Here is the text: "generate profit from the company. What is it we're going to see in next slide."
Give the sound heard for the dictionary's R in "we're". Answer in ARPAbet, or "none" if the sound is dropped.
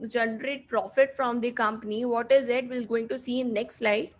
L